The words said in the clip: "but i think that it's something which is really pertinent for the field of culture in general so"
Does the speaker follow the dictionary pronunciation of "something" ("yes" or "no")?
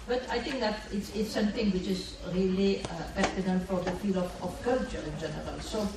no